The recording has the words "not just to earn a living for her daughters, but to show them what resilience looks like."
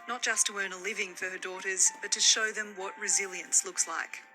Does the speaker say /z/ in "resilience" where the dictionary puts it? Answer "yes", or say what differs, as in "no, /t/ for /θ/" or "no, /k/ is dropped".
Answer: yes